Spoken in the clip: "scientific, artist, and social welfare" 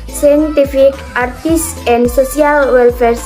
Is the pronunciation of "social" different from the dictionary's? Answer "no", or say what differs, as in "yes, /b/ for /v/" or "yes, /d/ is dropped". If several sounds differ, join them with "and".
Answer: yes, /s/ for /ʃ/